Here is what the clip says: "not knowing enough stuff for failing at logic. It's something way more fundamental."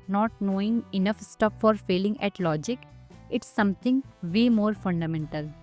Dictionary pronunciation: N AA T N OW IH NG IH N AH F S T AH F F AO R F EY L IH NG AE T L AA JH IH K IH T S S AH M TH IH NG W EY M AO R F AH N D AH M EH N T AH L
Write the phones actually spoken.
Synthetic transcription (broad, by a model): N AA T N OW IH NG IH N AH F S T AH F F AO R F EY L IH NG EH T L AA JH IH K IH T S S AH M T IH NG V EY M AO R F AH N D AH M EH N T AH L